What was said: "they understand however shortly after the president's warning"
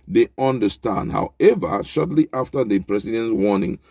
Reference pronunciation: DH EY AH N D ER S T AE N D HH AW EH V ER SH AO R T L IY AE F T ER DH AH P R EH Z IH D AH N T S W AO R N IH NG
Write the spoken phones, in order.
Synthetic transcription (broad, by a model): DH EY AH N D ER S T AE N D HH AW EH V ER SH AO T L IY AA F T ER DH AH P R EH S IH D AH N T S W AO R N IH NG